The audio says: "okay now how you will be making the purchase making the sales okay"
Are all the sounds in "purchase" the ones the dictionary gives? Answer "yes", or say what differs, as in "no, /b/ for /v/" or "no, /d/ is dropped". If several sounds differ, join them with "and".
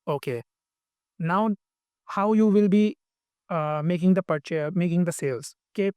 no, /s/ is dropped